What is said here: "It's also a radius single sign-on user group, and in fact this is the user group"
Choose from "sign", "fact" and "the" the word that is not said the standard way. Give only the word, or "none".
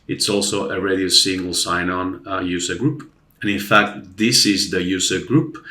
none